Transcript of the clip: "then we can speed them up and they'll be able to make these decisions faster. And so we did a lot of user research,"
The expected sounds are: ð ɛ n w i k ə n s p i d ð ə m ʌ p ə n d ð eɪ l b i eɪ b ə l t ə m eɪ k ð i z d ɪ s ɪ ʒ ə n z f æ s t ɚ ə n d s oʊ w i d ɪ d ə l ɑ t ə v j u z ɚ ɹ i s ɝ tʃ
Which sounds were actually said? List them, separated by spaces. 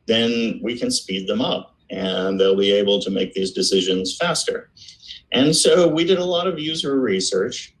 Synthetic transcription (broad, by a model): ð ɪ n w i k ə n s p i d ð ə m ʌ p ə n ð eɪ l b i eɪ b l t ə m eɪ k ð i z d ɪ s ɪ ʒ ə n z f æ s t ɚ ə n s oʊ w i d ɪ d ə l ɑ t ə v j u z ɚ ɹ i s ɝ tʃ